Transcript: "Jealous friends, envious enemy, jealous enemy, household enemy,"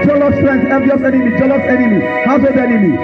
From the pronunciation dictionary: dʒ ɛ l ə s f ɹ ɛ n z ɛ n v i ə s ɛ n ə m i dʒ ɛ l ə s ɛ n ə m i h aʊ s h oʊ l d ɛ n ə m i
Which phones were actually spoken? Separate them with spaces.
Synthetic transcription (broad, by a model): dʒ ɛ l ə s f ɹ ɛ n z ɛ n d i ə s ɛ n ə m i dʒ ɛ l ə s ɛ n ə m i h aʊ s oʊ d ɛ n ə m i